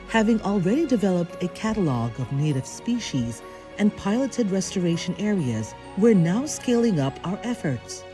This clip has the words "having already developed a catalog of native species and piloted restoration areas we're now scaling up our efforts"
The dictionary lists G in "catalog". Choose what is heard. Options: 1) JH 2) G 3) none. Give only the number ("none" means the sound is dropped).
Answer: 2